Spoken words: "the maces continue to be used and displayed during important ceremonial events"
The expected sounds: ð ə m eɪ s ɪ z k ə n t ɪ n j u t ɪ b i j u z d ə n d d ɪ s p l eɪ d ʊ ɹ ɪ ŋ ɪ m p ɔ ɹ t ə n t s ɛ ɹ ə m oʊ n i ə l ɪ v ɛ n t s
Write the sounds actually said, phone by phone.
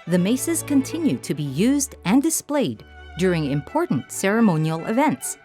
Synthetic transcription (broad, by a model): ð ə m eɪ s ɪ z k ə n t ɪ n j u t ɪ b i j u z d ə n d d ɪ s p l eɪ d ʊ ɹ ɪ ŋ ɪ m p ɔ ɹ t n t s ɛ ɹ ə m oʊ n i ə l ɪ v ɛ n t s